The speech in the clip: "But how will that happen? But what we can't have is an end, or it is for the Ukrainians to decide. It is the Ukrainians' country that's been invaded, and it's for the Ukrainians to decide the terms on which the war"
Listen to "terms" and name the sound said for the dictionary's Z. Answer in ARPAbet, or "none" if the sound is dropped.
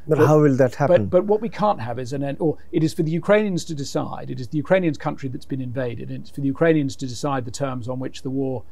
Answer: Z